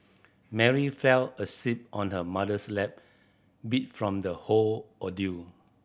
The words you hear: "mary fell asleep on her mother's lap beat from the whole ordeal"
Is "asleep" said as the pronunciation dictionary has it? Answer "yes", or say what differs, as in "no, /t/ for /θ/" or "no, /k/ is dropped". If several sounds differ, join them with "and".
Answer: no, /l/ is dropped